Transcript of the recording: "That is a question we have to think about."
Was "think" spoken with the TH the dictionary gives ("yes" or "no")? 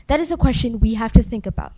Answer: yes